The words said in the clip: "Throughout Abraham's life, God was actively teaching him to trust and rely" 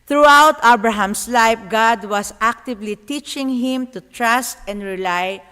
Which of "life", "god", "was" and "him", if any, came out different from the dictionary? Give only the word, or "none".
was